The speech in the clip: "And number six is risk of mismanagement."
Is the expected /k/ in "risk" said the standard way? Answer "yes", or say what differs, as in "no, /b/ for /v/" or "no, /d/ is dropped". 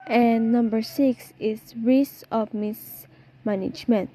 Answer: no, /k/ is dropped